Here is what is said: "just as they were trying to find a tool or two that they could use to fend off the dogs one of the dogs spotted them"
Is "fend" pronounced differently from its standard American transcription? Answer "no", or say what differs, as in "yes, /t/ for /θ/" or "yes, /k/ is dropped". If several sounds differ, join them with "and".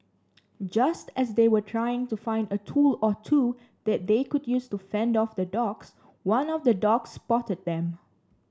no